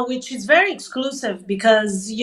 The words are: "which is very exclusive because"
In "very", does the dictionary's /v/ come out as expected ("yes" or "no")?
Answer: yes